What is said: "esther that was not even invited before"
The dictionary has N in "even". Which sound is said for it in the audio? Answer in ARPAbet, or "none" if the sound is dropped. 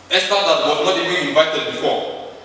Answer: none